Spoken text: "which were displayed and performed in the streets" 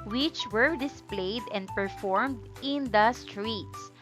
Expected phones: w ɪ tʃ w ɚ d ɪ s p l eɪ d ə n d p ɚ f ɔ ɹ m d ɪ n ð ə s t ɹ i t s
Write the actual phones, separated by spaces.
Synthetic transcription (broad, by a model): w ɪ tʃ w ɚ d ɪ s p l eɪ d ə n d p ɚ f ɔ ɹ m d ɪ n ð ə s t ɹ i t s